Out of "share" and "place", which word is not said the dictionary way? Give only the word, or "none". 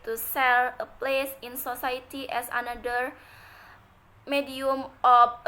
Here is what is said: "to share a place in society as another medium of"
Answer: share